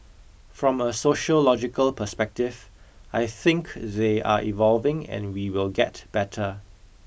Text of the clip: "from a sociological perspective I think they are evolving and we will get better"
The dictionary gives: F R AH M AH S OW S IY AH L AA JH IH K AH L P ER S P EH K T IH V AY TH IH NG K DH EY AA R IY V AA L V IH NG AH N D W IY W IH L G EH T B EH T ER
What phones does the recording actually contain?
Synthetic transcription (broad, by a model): F R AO M AH S OW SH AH L AA JH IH K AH L P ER S P EH K T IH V AY TH IH NG K DH EY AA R IY V AA L V IH NG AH N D W IY W IH L G EH T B EH T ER